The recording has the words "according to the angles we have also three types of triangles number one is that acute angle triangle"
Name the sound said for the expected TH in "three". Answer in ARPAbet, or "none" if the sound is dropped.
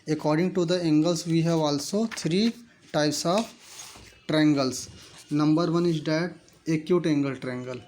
T